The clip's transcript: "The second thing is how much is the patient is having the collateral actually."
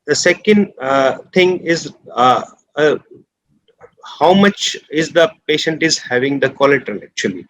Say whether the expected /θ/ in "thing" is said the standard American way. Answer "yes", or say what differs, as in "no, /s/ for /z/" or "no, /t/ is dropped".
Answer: no, /t/ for /θ/